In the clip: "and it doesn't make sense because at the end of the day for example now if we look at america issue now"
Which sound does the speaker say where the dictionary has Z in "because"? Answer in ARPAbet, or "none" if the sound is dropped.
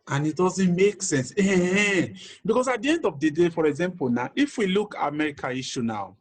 S